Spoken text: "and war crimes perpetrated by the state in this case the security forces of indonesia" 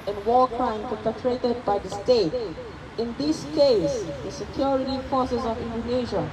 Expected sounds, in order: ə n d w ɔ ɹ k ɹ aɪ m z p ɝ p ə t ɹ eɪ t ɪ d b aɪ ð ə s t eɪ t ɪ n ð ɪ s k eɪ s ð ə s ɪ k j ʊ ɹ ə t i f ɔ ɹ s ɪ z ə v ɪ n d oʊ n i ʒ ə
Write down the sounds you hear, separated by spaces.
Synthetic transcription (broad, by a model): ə n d w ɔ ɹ k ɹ aɪ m p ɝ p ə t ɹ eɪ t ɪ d b aɪ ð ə s t eɪ t ɪ n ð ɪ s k eɪ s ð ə s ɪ k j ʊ ɹ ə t i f ɔ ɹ s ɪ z ə v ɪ n d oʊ n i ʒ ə